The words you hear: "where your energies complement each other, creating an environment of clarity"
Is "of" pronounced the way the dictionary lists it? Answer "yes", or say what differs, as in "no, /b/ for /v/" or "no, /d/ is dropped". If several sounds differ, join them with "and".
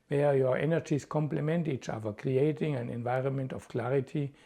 no, /f/ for /v/